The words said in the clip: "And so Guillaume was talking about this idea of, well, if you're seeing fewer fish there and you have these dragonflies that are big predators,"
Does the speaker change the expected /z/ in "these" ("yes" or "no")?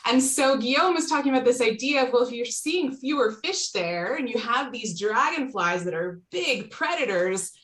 no